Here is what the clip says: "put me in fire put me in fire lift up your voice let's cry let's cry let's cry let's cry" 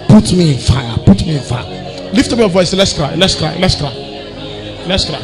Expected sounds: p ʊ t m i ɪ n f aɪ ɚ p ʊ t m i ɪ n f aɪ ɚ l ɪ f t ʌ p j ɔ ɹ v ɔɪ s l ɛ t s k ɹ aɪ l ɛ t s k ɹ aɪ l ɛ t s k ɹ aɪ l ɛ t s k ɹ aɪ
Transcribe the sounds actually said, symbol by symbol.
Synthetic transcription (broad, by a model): p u t m i ɪ n f aɪ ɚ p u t m i ɪ n f aɪ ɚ l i f t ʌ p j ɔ v ɔɪ s l ɛ t s k ɹ aɪ l ɛ t s k ɹ aɪ l ɛ t s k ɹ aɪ l ɛ t s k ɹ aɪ